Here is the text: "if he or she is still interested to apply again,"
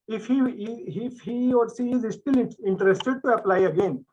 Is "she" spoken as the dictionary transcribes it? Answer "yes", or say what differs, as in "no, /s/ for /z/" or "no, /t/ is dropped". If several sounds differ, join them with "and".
no, /s/ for /ʃ/